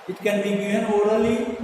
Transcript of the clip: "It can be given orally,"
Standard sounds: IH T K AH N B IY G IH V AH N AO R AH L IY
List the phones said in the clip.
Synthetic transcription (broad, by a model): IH T K AH N B IY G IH AH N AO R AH L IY